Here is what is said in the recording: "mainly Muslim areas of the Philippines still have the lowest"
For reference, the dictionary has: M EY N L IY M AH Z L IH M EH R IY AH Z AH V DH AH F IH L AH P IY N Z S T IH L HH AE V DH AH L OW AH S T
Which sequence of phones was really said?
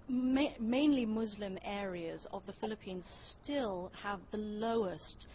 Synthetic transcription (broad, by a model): M EY N L IY M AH Z L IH M EH R IY AH Z AH V DH AH F IH L AH P IY N Z S T IH L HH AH V DH AH L OW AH S T